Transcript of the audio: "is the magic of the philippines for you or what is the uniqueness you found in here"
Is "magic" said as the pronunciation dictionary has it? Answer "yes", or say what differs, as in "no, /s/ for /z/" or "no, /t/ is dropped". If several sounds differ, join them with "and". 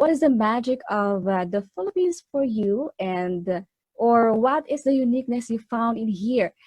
yes